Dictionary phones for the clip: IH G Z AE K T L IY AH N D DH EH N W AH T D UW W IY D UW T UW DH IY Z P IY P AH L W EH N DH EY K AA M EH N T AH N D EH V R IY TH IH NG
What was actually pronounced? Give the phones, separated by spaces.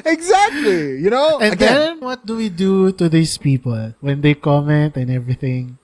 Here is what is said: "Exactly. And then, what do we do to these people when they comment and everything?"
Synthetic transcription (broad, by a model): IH G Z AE K T L IY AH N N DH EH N W AH T D UW W IY D UW T UW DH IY S P IY P AH L W EH N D EY K AA M EH N T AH N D EH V R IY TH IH NG